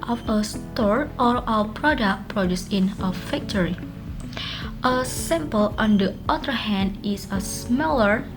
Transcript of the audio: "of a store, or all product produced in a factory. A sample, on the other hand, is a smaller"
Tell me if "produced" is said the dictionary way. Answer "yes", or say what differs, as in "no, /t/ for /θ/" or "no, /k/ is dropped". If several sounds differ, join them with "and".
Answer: no, /t/ is dropped